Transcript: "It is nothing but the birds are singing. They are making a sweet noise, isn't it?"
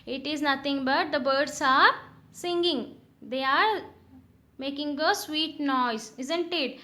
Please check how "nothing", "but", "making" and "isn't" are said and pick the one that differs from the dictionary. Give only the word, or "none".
nothing